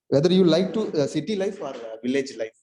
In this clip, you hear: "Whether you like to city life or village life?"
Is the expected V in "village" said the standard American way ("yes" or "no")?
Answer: yes